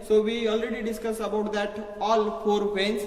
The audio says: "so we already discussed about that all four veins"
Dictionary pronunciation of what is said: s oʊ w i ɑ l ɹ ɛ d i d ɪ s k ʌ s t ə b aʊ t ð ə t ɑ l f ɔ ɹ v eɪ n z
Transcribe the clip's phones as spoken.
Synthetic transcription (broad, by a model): s oʊ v i ɑ l ɹ ɛ d i d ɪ s k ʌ s ə b aʊ t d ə t ɑ l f ɔ ɹ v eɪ n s